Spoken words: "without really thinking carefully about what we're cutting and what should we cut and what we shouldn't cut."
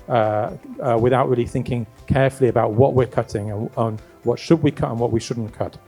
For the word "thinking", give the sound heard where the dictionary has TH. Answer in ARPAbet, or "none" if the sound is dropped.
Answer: TH